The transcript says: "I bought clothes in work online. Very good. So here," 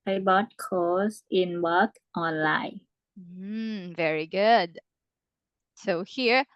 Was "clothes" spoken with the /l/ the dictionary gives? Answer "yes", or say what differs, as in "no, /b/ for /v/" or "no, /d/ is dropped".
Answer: no, /l/ is dropped